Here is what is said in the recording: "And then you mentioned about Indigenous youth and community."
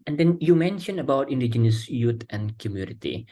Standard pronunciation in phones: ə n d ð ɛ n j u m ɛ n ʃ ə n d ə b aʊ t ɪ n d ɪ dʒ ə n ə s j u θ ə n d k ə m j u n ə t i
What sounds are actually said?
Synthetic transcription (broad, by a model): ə n d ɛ n j u m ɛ n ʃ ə n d ə b aʊ t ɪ n d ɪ dʒ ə n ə s j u t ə n k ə m j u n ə t i